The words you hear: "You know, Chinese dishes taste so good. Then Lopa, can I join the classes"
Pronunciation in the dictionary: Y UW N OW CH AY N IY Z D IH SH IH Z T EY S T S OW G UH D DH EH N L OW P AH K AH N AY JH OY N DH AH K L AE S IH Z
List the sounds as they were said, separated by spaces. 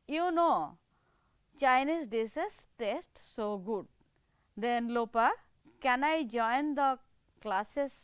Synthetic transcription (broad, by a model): Y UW N OW CH AY N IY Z D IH S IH S T EY S T S OW G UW D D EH N L OW P AH K AH N AY JH OY N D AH K L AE S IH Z